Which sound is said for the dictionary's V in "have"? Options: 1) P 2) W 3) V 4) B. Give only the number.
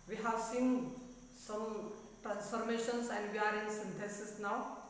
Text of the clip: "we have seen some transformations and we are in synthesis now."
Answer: 2